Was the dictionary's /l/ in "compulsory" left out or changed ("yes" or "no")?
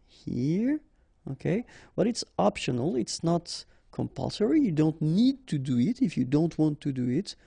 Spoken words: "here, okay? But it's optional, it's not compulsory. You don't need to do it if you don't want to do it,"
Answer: no